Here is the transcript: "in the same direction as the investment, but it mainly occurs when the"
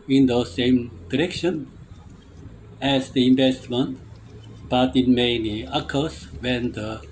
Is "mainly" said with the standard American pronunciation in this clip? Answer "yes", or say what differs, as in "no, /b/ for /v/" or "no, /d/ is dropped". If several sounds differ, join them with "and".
no, /l/ is dropped